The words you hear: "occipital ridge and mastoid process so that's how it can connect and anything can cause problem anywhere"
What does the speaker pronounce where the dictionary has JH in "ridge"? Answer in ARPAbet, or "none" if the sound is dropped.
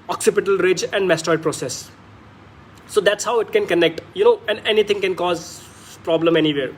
JH